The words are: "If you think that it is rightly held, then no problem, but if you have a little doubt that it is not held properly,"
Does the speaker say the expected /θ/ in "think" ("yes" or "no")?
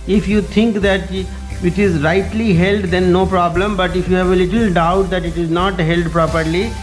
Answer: no